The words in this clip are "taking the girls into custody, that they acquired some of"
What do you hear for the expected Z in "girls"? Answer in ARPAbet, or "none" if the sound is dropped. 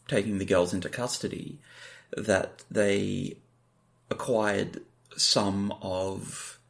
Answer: Z